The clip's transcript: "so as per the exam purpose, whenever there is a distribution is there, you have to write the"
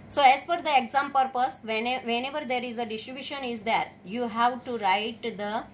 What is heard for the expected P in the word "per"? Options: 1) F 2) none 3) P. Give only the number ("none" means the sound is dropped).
1